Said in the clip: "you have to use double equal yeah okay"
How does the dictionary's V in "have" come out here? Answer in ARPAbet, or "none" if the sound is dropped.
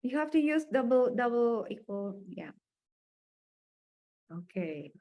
F